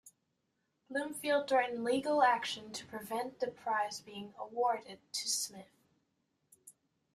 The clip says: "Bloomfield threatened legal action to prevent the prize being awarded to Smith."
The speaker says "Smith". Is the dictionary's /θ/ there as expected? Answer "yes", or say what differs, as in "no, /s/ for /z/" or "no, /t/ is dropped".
yes